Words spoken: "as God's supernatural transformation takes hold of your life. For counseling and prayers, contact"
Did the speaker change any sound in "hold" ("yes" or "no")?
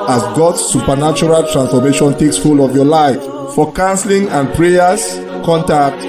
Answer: yes